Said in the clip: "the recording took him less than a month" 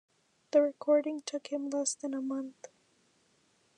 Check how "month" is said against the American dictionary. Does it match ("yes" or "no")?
yes